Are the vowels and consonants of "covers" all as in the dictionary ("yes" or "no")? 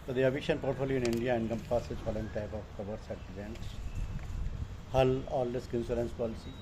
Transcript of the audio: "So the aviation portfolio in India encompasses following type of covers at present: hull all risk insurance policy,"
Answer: no